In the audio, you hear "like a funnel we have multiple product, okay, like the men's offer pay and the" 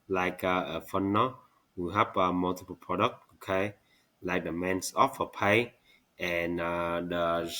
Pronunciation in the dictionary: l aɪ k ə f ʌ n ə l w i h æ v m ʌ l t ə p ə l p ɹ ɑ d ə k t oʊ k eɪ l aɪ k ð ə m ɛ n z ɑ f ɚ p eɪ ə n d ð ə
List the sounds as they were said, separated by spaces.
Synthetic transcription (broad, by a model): l aɪ k ə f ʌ n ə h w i h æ p m ʌ l t ə p ə l p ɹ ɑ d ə k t oʊ k eɪ l aɪ k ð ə m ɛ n s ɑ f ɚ p eɪ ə n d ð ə